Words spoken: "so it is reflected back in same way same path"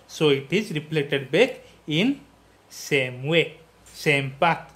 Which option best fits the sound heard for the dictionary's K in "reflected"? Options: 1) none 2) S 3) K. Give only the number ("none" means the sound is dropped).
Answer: 1